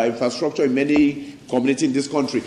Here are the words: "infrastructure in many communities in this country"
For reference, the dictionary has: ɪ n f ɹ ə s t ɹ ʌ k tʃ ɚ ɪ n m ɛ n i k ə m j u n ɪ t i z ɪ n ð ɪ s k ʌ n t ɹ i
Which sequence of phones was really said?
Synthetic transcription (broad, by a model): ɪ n f ɹ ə s t ɹ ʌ k tʃ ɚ ɪ n m ɛ n i k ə m j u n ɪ t i s ɪ n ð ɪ s k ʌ n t ɹ i